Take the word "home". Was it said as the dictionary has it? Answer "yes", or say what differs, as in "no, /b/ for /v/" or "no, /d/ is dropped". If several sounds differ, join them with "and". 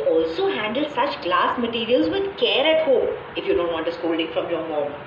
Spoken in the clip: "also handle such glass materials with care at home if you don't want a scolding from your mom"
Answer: no, /m/ is dropped